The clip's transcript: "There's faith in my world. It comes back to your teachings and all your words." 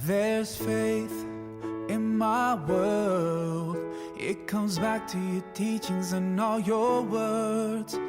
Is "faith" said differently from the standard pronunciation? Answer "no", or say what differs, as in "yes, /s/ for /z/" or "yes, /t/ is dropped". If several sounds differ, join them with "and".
no